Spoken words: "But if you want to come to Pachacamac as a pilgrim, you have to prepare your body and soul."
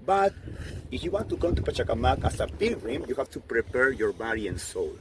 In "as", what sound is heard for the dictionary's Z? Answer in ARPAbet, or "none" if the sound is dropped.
S